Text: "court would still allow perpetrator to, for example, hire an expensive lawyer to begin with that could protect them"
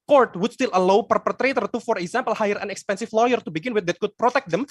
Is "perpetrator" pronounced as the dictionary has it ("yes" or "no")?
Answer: yes